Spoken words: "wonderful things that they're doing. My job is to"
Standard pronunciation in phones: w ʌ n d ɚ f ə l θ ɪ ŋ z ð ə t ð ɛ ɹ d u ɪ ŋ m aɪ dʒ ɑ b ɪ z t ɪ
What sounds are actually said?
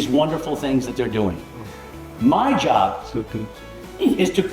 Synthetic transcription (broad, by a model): w ʌ n d ɚ f l θ ɪ ŋ z ð ə t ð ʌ ɹ d u ɪ ŋ m aɪ dʒ ɑ b ɪ z t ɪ